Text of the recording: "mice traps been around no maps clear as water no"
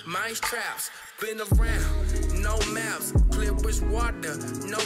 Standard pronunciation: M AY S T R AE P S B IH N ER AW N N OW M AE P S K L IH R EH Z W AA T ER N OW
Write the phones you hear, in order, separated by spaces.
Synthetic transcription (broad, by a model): M AY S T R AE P S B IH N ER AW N N OW M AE F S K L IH W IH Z W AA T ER N OW